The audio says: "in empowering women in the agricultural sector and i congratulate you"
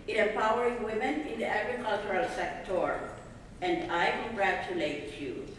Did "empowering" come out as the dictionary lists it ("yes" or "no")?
no